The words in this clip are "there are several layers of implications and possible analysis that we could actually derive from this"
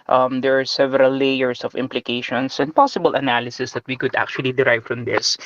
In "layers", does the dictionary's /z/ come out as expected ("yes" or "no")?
no